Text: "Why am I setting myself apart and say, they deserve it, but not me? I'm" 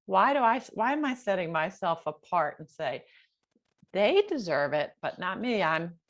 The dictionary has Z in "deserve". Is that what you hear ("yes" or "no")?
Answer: yes